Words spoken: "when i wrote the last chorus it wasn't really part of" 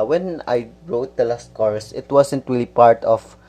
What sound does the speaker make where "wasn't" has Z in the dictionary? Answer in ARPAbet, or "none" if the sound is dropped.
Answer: S